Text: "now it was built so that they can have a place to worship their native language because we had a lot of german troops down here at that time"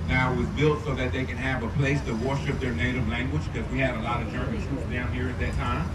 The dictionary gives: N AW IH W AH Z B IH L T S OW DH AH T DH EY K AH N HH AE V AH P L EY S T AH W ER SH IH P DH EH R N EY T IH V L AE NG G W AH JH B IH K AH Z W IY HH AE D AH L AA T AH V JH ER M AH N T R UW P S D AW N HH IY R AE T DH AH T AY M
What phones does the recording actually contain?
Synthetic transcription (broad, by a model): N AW IH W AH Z B IH L T S OW DH AH T DH EY K AH N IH V AH P L EY S T AH W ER SH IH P DH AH R N EY T IH V L AE NG G W AH JH K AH Z W IY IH D AH L AA T AH V JH ER M AH N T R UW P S D AW N HH IY R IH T DH AH T AY M